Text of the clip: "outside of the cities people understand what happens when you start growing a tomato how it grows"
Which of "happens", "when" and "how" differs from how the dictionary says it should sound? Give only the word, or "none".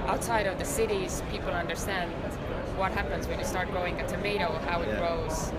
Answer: none